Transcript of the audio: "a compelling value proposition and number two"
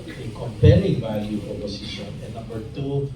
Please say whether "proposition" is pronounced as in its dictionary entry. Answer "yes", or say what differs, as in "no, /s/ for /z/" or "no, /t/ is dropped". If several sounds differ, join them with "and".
no, /s/ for /z/